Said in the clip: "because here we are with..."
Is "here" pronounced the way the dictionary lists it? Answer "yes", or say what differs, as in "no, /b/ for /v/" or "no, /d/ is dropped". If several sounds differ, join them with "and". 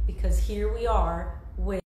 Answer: yes